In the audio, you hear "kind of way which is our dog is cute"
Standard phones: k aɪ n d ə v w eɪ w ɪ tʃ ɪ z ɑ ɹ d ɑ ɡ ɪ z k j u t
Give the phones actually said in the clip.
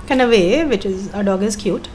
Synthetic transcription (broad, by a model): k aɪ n ə v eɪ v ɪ tʃ ɪ z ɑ d ɑ ɡ ɪ z k j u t